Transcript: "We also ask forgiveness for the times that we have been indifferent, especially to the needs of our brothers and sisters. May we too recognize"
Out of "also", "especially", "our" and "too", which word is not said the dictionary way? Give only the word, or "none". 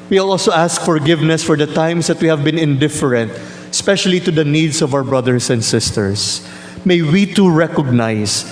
none